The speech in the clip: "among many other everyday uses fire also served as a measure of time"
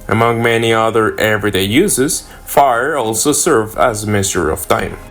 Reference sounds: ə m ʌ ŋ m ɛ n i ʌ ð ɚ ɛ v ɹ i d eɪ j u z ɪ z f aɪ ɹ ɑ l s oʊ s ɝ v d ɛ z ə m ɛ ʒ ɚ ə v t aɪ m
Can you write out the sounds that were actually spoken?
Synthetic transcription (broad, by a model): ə m ʌ ŋ m ɛ n i ʌ ð ɚ ɛ v ɹ i d eɪ j u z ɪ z f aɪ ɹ ɑ l s oʊ s ɝ v ɛ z ə m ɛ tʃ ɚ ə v t aɪ m